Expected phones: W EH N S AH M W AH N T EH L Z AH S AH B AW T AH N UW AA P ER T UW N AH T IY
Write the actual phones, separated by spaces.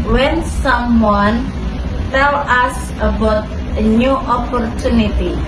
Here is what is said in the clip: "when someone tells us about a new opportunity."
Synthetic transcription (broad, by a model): W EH N S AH M W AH N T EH L AH S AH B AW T AH N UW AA P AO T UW N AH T IY